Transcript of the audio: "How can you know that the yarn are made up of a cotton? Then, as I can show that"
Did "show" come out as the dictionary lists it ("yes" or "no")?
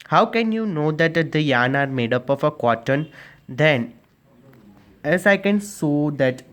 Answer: no